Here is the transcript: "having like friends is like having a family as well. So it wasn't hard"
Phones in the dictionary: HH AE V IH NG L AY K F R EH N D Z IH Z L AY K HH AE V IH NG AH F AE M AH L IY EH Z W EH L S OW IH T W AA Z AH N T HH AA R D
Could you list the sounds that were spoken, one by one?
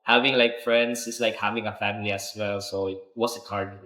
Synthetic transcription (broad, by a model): HH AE V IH NG L AY K F R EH N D S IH S L AY K HH AE V IH NG AH F AE M AH L IY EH S W EH L S OW IH T W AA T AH T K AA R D